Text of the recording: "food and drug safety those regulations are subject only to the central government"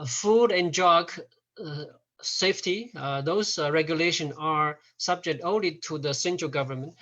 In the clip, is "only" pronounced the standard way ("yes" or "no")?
yes